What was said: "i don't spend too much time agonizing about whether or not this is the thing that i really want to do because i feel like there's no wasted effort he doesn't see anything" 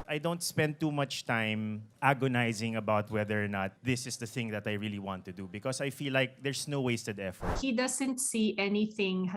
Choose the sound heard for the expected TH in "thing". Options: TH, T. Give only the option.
TH